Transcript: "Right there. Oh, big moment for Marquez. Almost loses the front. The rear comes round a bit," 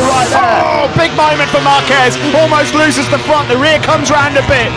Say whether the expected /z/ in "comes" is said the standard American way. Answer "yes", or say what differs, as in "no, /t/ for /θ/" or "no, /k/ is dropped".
yes